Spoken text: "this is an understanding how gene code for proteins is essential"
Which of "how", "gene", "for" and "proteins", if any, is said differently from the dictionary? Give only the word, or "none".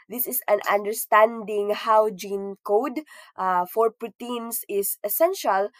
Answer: proteins